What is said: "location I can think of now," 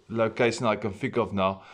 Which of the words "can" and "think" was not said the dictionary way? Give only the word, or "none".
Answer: think